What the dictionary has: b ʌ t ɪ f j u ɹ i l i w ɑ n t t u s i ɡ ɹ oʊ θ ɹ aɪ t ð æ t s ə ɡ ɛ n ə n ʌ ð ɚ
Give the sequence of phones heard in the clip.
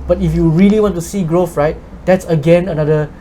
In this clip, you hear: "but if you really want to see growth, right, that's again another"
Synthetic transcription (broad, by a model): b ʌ t ɪ f j u ɹ i l i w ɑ n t t u s i ɡ ɹ oʊ f ɹ aɪ t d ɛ t s ə ɡ ɛ n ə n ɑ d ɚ